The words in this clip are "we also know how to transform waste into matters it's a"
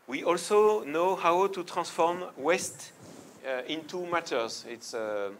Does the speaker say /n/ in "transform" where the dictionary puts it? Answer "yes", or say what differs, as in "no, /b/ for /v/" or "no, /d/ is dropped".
no, /n/ is dropped